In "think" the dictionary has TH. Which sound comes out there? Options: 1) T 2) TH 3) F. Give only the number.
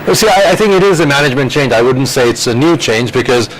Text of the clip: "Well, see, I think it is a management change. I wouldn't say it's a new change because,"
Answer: 2